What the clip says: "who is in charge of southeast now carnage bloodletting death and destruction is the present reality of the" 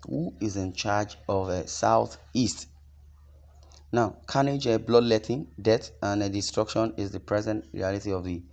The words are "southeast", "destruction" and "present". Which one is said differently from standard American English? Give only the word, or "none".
none